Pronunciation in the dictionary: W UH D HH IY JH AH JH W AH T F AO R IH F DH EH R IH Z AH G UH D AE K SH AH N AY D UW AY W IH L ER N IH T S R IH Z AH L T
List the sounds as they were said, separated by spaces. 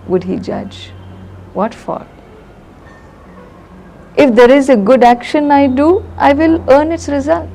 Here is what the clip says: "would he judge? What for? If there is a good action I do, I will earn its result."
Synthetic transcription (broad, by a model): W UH D HH IY JH AH JH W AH T F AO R IH F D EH R IH Z AH G UH D AE K SH AH N AY D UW AY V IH L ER N IH T S R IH Z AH L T